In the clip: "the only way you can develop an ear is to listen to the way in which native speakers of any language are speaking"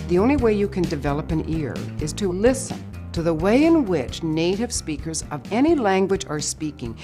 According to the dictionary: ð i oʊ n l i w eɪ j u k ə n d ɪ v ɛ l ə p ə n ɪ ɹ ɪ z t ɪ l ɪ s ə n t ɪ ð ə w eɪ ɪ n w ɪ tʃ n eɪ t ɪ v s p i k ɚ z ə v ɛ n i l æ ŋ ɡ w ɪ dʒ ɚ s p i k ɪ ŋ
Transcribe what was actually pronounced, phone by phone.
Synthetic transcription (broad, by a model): ð i oʊ n l i w eɪ j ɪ k ə n d ɪ v ɛ l ə p ə n ɪ ɹ ɪ z t ɪ l ɪ s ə n t ɪ ð ə w eɪ ɪ n w ɪ tʃ n eɪ t ɪ v s p i k ɚ z ə v ɛ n i l æ ŋ ɡ w ɪ dʒ ɚ s p i k ɪ ŋ